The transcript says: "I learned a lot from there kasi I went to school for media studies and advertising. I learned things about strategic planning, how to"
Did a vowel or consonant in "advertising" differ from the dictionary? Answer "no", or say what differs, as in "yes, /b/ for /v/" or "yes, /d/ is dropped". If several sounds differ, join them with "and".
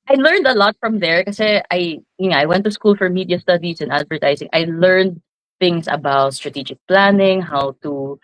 yes, /s/ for /z/